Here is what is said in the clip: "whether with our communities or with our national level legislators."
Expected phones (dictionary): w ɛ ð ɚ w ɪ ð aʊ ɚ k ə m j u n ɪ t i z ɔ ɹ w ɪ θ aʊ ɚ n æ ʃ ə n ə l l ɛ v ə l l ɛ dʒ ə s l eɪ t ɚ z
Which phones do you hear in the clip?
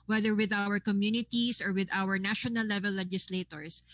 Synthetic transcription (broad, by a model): w ɛ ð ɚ w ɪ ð aʊ ɚ k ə m j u n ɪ t i s ɔ ɹ w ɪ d aʊ ɚ n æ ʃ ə n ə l l ɛ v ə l l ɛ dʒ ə s l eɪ t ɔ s